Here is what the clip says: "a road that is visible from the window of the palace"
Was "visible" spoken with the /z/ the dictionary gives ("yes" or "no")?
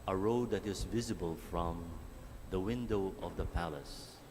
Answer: yes